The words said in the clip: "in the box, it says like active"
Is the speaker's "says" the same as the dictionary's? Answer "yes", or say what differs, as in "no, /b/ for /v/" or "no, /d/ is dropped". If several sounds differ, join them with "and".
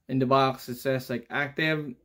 no, /s/ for /z/